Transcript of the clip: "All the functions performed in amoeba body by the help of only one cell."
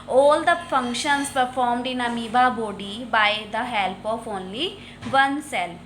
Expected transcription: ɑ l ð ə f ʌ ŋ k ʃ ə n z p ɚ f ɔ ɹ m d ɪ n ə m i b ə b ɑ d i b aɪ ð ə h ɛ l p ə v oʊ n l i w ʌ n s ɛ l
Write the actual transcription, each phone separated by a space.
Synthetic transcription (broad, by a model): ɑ l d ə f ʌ ŋ k ʃ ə n s p ɚ f ɔ ɹ m d ɪ n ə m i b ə b ɑ d i b aɪ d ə h ɛ l p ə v oʊ n l i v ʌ n s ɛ l